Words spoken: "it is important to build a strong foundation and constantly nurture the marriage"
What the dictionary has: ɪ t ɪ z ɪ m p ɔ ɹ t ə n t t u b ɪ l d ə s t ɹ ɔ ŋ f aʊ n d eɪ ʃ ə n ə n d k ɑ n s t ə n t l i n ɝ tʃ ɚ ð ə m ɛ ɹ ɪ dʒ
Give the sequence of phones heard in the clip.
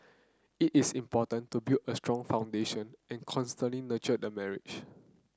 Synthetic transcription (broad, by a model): ɪ t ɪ s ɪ m p ɔ t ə n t t u b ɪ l ə s t ɹ ɔ ŋ f aʊ n d eɪ ʃ ə n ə n k ɑ n s t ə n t l i n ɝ tʃ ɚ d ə m ɛ ɹ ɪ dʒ